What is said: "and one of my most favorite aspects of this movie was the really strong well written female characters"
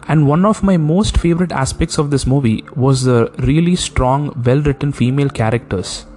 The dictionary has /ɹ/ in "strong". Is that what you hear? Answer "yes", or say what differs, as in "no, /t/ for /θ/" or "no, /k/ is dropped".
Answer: yes